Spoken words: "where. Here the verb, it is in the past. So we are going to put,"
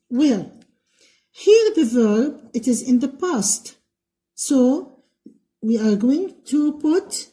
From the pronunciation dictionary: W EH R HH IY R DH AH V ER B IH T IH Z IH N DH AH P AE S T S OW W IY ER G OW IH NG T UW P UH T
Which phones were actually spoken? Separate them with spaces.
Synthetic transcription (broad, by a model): W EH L HH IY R DH AH V ER B IH T IH Z IH N DH AH P AE S T S OW W IY ER G OW IH NG T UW P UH T